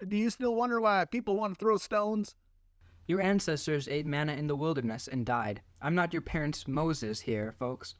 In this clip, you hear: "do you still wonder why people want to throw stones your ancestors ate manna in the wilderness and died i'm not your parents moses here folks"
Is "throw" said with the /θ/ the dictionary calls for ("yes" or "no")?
yes